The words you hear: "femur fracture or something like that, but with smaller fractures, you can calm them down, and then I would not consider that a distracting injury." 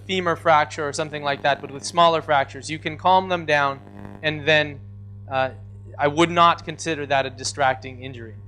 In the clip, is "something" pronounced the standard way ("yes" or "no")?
yes